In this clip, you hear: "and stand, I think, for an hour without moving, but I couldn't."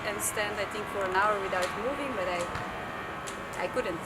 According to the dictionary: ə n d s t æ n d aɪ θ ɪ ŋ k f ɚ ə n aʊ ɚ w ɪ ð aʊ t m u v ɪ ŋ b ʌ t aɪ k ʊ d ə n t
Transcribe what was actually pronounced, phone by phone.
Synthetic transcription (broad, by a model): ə n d s t æ n d aɪ θ ɪ ŋ k f ɚ ə n aʊ ɚ w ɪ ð aʊ t m u v ɪ ŋ b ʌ t aɪ k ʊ d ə n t